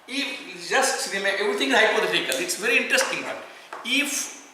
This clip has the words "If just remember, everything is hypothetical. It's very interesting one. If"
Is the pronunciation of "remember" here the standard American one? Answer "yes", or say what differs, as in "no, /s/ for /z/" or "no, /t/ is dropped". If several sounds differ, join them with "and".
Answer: no, /b/ is dropped